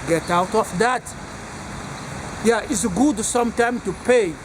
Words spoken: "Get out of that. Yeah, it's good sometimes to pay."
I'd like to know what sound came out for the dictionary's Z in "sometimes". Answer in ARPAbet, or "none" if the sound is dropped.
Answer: none